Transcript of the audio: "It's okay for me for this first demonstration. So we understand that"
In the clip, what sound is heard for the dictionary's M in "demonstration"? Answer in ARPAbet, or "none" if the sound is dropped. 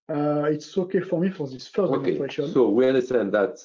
none